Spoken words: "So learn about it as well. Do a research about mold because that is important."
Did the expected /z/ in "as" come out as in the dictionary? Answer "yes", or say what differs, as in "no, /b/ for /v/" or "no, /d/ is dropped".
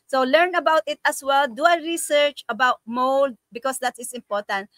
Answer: no, /s/ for /z/